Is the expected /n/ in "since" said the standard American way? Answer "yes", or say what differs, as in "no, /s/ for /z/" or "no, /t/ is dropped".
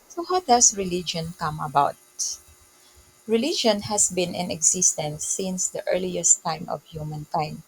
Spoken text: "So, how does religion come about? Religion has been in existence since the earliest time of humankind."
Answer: yes